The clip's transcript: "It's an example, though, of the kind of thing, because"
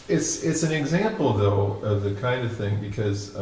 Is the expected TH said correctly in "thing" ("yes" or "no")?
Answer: yes